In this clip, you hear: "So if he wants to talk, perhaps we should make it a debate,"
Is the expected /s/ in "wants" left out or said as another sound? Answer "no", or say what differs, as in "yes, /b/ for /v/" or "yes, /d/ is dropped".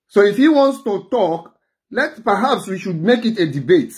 no